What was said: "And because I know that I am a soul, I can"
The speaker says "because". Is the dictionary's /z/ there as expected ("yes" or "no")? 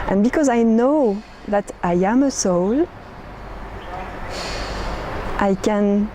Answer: yes